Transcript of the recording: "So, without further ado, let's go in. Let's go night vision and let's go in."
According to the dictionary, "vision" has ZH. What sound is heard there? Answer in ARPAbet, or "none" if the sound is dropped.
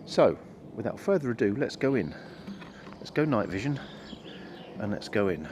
ZH